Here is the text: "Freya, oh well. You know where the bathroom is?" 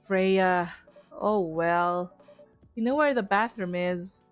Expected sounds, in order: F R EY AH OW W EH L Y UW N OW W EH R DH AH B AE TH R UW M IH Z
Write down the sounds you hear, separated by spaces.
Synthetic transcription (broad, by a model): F R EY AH OW W EH L Y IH N OW W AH R DH AH B AE TH R UW M IH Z